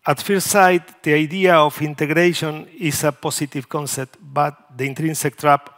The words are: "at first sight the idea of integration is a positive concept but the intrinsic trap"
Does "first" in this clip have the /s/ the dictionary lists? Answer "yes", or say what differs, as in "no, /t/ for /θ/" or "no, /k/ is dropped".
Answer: no, /s/ is dropped